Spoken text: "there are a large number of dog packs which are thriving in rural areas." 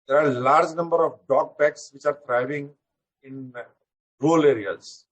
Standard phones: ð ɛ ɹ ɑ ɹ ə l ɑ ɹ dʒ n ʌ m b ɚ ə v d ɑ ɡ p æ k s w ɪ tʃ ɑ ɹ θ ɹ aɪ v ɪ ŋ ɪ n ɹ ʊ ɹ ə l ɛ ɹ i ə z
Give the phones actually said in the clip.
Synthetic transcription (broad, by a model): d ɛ ɹ ɑ ɹ l ɑ ɹ dʒ n ʌ m b ɚ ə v d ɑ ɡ b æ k s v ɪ tʃ ɑ ɹ t ɹ aɪ v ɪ ŋ ɪ n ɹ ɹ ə l ɛ ɹ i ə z